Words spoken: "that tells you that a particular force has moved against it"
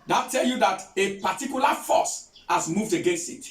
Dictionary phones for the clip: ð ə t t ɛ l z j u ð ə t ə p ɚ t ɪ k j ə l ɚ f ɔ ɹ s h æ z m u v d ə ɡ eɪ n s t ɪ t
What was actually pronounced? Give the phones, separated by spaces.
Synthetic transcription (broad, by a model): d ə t t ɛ l j u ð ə t ə p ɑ t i k j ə l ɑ f ɔ s h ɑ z m u v d ə ɡ eɪ n s t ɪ t